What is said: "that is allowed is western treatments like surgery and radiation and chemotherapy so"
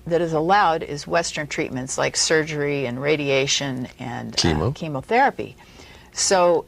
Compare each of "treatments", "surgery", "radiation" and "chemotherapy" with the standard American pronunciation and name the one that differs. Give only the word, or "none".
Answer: none